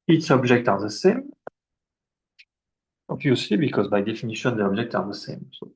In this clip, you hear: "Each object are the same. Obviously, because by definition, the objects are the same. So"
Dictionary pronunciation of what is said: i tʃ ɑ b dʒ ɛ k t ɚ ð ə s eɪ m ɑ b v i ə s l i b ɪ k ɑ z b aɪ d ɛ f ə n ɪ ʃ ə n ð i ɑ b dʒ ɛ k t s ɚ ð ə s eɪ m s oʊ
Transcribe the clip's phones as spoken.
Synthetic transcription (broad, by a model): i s ɑ b dʒ ɛ k t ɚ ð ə s eɪ m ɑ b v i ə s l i b ɪ k ɑ z b aɪ d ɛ f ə n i ʃ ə n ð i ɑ b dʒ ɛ k t ɑ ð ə s eɪ m s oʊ